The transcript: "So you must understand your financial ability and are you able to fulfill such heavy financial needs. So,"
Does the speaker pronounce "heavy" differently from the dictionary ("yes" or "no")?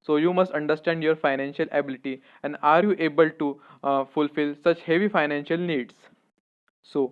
no